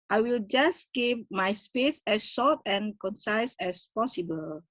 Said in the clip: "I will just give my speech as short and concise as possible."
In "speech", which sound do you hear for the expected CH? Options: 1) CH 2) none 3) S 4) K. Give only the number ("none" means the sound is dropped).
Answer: 3